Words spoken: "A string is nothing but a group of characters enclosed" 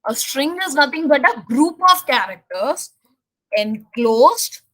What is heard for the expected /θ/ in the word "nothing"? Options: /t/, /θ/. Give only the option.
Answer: /t/